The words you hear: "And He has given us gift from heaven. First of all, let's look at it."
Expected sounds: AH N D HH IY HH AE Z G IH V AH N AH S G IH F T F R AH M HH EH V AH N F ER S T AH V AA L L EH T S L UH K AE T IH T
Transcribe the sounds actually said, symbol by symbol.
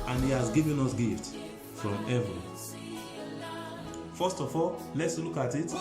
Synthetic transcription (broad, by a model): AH N HH IY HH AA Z G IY V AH N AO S G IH F T F R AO M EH V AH F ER S T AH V AA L L EH T S L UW K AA T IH T